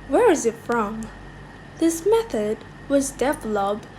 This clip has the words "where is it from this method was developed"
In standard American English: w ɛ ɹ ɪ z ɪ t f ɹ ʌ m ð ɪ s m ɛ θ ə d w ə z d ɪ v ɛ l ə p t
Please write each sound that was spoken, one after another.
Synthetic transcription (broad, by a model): w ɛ ɹ ɪ z ɪ t f ɹ ʌ m ð ɪ s m ɛ θ ə d w ə z d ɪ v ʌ l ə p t